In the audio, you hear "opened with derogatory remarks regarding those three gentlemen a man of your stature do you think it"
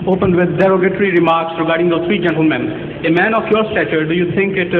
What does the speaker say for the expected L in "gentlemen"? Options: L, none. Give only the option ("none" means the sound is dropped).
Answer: L